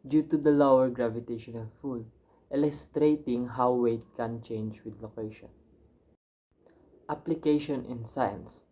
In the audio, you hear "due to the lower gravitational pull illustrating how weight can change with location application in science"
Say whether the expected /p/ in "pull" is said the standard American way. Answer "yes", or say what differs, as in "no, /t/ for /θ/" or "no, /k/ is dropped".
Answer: no, /f/ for /p/